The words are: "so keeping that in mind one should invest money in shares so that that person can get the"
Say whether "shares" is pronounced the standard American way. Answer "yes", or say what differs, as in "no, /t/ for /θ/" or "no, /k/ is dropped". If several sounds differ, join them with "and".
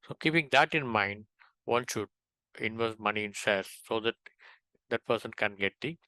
no, /s/ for /ʃ/